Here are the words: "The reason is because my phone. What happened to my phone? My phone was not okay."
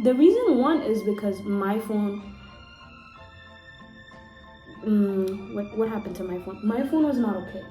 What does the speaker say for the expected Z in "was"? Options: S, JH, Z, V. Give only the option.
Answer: Z